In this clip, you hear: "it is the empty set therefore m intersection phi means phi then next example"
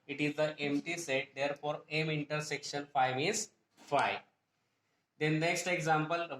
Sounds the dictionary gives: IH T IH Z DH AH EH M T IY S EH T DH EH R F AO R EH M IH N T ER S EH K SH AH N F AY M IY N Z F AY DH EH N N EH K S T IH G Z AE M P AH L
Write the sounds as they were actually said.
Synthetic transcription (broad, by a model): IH T IH Z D AH EH M T IY S EH T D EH R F AO R EH M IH N T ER S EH K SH AH N F AY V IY Z F AY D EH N N EH K S T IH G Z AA M P AH L